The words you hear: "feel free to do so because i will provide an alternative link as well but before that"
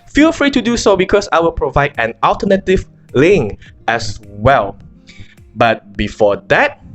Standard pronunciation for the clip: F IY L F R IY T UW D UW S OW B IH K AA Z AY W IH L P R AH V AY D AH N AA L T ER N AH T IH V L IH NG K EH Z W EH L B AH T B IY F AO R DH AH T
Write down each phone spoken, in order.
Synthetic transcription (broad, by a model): F IY L F R IY T UW D UW S OW B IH K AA S AY W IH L P R AH V AY D AH N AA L T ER N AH T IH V L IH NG EH S W EH L B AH T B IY F AO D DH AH T